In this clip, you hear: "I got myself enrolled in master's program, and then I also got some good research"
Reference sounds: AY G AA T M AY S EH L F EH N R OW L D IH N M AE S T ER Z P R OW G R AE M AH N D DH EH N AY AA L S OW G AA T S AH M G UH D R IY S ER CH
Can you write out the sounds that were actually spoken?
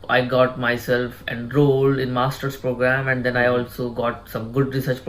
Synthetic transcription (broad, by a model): AY G AA T M AY S EH L F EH N R OW L IH N M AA S T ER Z P R OW G R AE M AH N D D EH N AY AA L S OW G AA T S AH M G UH D R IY S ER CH